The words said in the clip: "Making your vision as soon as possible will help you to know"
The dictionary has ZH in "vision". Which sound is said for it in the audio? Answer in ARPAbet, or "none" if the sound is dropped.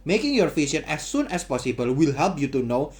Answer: SH